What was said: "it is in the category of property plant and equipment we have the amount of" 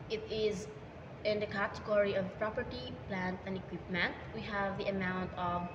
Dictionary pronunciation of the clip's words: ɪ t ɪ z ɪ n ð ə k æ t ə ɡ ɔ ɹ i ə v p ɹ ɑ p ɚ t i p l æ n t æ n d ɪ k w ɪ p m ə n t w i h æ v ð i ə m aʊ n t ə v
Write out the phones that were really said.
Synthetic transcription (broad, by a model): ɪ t ɪ z ɪ n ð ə k æ t ə ɡ ɔ ɹ i ə v p ɹ ɑ p ɚ t i p l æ n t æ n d ɪ k w ɪ p m ə n t w i h æ v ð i ə m aʊ n t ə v